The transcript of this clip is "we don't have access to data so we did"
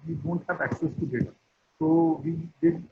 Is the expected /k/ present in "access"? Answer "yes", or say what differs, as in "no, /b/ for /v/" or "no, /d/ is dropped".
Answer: yes